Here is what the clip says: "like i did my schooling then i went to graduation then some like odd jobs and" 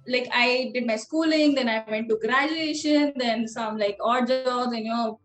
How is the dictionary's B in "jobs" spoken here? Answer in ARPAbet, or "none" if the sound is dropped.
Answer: none